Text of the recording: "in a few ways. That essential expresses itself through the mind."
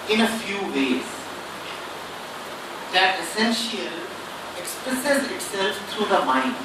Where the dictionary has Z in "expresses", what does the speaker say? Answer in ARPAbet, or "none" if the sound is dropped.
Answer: Z